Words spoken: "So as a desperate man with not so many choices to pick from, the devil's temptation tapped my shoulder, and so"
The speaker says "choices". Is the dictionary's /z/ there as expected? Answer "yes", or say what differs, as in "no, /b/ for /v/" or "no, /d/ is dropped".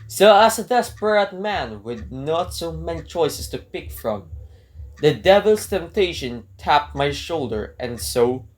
no, /s/ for /z/